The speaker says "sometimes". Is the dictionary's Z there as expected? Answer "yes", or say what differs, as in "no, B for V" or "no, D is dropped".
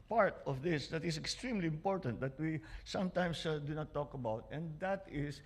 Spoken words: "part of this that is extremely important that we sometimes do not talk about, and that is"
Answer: no, S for Z